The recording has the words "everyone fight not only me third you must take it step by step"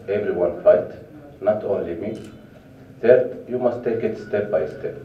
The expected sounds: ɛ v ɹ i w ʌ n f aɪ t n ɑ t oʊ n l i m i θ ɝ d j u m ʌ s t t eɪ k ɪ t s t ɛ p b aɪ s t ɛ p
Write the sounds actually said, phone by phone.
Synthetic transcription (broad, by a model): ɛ v ɹ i w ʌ n f aɪ t n ɑ t oʊ n l i m i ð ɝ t j u m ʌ s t t eɪ k ɪ t s t ɛ p b aɪ s t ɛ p